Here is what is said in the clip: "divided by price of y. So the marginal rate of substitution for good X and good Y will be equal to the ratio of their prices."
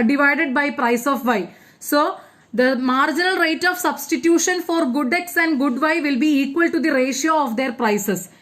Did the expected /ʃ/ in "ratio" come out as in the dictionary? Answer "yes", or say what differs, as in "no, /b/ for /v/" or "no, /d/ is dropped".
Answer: yes